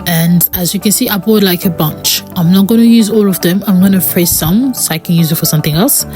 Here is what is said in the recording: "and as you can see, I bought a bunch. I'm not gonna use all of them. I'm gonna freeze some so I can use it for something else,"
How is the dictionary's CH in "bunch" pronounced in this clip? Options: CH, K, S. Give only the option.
CH